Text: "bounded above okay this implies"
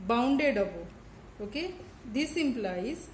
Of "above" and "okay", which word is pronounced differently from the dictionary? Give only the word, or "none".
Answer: above